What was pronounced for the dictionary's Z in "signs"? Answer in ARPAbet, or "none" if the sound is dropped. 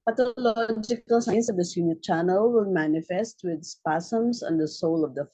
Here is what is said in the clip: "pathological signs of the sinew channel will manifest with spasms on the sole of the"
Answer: S